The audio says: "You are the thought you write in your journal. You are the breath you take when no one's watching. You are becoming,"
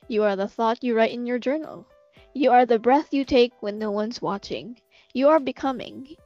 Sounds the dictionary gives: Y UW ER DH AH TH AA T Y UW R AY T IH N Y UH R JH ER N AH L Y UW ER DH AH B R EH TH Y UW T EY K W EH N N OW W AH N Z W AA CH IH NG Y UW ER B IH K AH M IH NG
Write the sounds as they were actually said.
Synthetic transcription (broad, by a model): Y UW ER DH AH TH AA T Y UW R AY T IH N Y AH R JH ER N L Y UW ER DH AH B R EH TH Y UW T EY K W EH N N OW W AH N Z W AA CH IH NG Y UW ER B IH K AH M IH NG